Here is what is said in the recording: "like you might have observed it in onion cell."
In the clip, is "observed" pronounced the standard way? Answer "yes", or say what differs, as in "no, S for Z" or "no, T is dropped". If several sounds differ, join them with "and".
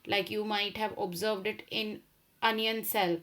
yes